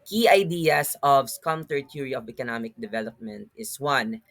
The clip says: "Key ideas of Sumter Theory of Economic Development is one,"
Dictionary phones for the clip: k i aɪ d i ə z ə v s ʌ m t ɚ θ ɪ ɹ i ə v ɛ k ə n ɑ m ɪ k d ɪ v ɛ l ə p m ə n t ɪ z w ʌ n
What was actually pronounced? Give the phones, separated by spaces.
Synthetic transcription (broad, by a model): k i aɪ d i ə s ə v s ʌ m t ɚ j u ɹ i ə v ɛ k ə n ɑ m ɪ k d ɪ v ɛ l ə p m ə n t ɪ s w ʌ n